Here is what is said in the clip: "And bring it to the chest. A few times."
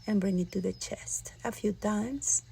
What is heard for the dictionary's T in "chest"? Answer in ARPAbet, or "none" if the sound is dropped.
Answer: T